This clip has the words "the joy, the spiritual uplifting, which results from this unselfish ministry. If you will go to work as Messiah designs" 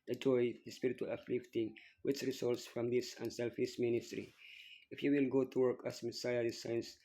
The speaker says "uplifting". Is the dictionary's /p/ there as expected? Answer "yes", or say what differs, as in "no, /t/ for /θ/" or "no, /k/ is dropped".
no, /f/ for /p/